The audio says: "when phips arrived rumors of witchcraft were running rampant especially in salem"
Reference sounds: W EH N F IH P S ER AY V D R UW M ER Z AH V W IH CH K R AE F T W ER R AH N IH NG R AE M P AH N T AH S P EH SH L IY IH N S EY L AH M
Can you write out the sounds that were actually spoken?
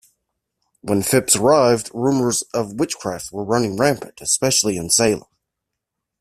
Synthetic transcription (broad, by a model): W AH N F IH P S ER AY V D R UW M ER Z AH V W IH CH K R AE F T W ER R AH N IH NG R AE M P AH T AH S P EH SH L IY IH N S EY L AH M